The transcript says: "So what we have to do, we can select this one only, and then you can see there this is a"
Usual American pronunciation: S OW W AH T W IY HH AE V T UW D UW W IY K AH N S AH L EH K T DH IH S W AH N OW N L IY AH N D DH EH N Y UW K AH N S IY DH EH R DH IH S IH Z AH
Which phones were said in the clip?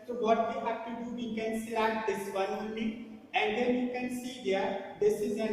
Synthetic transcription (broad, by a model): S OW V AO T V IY HH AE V T UW D UW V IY K AH N S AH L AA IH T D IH S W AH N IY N IY AH N D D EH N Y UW K AH N S IY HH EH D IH S IH Z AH